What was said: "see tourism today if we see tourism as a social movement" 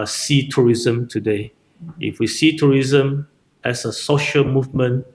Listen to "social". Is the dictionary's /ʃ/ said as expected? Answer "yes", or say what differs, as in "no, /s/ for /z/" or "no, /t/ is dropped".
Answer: yes